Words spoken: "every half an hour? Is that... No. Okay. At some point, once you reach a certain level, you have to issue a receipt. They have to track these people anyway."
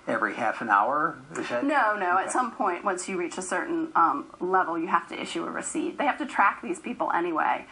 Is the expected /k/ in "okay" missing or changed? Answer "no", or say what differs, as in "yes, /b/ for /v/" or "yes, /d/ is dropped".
yes, /k/ is dropped